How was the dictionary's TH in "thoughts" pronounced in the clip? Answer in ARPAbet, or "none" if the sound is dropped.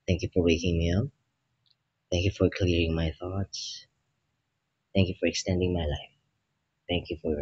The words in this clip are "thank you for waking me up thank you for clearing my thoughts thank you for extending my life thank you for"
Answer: TH